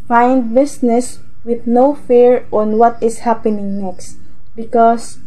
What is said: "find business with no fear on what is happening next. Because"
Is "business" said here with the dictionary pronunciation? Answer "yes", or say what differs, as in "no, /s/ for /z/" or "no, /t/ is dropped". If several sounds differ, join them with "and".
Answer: no, /s/ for /z/